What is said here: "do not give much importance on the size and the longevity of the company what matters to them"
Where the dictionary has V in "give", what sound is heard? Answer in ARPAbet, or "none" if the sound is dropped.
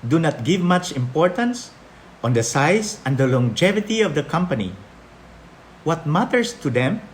V